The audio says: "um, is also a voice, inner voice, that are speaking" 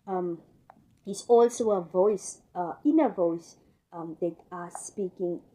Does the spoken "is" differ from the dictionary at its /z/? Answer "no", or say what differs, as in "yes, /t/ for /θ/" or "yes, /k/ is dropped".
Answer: yes, /s/ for /z/